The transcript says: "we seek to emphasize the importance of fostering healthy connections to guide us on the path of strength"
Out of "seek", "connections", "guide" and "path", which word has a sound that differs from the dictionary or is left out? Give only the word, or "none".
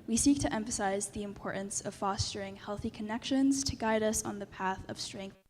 none